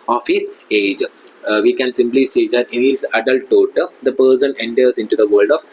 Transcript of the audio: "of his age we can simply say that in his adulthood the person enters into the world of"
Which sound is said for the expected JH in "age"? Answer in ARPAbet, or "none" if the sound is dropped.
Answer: JH